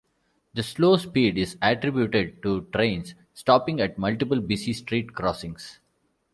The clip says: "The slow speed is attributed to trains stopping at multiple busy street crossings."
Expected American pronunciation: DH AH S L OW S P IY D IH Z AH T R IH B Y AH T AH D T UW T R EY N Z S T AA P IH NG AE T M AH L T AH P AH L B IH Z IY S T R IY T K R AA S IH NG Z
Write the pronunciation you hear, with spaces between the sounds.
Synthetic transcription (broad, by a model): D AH S L OW S P IY D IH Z AH T R IH B Y AH T AH D T UW T R EY N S S T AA P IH NG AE T M AH L T AH P AH L B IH S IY S T R IY T K R AA S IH NG S